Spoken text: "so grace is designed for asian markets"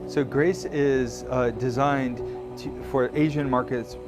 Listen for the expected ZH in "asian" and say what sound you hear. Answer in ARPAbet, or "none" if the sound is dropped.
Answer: ZH